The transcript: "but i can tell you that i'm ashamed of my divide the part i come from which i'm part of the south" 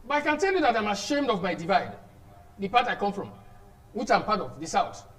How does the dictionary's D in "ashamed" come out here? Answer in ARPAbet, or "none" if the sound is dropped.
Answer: D